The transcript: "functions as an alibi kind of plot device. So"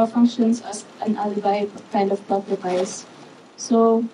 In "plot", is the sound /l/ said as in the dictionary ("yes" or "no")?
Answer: no